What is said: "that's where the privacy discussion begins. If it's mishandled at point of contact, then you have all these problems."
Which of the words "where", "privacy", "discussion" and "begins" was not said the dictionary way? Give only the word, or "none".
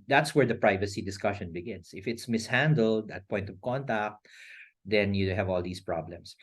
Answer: begins